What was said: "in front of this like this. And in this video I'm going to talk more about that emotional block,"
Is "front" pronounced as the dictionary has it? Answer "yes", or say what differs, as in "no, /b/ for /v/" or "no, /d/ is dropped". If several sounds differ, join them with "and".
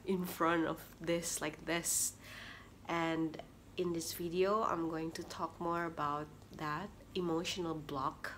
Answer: yes